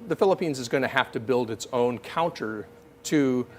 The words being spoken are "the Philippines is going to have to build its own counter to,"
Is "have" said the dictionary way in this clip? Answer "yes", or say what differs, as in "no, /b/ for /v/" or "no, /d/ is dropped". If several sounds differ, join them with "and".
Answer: no, /f/ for /v/